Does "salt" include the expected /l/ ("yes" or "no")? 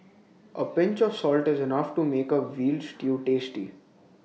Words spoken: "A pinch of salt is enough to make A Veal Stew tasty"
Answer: yes